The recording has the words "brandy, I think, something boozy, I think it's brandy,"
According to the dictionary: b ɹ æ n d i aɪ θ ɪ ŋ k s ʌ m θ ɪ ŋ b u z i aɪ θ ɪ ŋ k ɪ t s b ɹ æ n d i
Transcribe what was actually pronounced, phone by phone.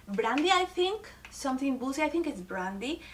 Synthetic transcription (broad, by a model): b ɹ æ n d i aɪ t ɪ ŋ k s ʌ m t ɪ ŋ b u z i aɪ t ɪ ŋ k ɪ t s b ɹ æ n d i